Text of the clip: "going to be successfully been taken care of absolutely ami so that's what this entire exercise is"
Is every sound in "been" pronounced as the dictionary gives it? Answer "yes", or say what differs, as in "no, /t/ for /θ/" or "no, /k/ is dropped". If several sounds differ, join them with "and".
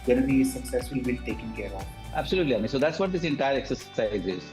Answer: no, /l/ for /n/